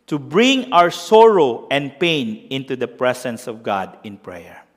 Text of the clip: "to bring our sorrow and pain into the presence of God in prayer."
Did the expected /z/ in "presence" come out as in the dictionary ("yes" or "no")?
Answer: no